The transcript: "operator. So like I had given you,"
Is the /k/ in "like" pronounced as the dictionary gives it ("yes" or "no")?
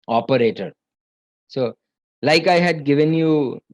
yes